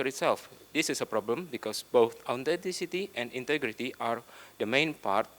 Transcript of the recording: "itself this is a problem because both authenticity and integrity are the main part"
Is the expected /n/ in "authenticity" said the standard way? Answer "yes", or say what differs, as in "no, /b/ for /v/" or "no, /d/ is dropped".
no, /n/ is dropped